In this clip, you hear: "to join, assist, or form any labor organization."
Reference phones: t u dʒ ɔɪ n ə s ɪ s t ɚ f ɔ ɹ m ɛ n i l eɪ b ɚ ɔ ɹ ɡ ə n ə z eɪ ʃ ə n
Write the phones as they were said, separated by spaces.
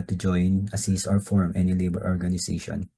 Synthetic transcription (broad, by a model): t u dʒ ɔɪ n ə s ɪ s ɚ f ɔ ɹ m ɛ n i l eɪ b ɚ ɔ ɹ ɡ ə n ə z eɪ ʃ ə n